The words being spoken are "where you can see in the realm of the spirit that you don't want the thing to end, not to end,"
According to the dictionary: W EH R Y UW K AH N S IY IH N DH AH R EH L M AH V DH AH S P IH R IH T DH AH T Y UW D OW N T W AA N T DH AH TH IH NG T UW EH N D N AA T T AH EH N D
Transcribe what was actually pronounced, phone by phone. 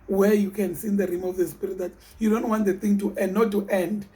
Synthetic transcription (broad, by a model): W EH Y UW K AH N S IY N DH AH R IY M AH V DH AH S P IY R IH T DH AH T Y UW D OW N T W AA N T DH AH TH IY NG T UW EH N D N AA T T EH N D